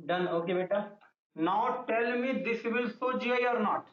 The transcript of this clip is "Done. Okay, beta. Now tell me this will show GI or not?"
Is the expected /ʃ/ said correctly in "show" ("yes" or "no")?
no